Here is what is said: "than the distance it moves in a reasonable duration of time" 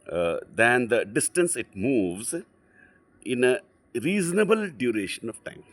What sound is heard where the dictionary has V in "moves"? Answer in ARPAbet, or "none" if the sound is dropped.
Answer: V